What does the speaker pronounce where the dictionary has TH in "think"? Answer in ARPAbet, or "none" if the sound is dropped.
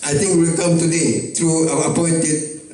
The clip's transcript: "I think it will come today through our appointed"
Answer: T